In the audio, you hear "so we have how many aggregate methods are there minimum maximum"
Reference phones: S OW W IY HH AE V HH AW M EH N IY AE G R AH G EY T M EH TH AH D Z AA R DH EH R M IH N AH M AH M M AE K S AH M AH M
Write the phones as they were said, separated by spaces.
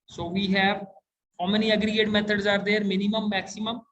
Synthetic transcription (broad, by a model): S OW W IY HH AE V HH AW M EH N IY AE G R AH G EY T M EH T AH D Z AA R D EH R M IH N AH M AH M M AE K S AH M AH M